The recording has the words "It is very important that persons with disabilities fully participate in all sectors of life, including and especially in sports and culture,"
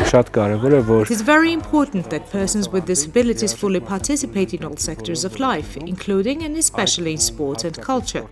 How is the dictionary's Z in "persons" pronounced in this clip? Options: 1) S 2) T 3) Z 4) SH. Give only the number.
3